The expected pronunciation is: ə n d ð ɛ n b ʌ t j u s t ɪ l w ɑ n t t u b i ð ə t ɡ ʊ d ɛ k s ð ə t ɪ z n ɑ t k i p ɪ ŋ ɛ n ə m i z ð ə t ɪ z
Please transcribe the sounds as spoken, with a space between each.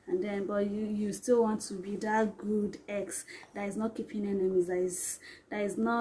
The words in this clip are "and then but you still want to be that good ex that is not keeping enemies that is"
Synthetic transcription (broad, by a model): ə n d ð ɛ n b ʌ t j u s t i l w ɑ n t t u b i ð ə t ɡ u d ɛ k s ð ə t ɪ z n ɑ t k i p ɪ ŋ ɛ n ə m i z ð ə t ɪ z